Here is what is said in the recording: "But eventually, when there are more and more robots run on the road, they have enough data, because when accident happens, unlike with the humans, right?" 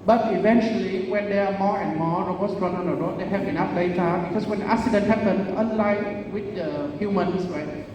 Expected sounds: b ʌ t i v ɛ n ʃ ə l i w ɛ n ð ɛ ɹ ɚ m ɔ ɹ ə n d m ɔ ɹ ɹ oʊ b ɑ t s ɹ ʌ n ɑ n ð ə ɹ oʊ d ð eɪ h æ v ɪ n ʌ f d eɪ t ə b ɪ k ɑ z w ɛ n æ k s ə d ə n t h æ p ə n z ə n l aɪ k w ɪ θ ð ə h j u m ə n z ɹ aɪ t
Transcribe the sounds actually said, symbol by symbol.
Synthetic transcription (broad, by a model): b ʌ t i v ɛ n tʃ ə l i w ɛ n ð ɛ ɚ m ɔ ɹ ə n m ɔ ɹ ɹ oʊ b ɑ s ɹ ʌ n ɑ n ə ɹ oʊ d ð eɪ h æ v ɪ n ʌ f d eɪ t ə b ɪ k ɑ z w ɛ n æ k s ə d ə n t h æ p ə n ə n l aɪ w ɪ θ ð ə h j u m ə n s ɹ aɪ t